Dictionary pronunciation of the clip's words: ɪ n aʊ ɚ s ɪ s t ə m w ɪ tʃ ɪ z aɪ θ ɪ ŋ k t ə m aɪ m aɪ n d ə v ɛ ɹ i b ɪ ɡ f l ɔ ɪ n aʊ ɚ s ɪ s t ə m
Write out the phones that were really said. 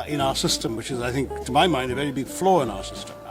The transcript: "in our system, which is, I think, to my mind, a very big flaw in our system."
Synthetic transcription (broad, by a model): ɪ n aʊ ɚ s ɪ s t ə m w ɪ tʃ ɪ z aɪ θ ɪ ŋ k t ə m aɪ m aɪ n d ə v ɛ ɹ i b ɪ ɡ f l ɔ ɪ n aʊ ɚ s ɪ s t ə m